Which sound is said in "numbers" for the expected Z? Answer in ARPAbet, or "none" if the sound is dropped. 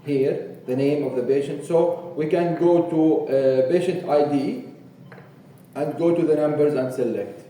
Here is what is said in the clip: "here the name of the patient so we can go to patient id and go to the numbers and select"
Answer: Z